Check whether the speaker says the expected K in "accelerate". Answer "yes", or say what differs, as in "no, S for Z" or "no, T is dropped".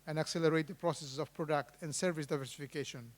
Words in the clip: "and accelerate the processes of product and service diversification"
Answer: yes